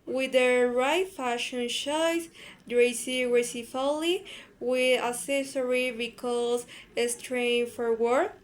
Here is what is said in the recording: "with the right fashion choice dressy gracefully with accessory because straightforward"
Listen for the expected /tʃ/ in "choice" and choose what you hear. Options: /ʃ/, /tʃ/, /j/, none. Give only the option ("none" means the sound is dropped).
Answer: /ʃ/